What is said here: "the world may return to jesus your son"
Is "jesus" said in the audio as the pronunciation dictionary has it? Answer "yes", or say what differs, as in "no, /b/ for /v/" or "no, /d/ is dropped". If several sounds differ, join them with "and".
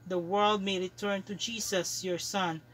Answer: no, /s/ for /z/